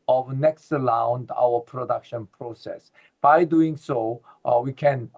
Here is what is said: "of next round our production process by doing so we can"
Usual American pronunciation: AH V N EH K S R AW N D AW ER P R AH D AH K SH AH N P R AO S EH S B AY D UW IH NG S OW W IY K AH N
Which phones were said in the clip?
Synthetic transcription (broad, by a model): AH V N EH K S L AW N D AW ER P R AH D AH K SH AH N P R AO S EH S B AY D UW IH NG S OW W IY K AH N